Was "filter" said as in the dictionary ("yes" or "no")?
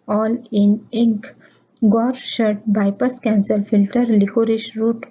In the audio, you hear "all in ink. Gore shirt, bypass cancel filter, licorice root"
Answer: yes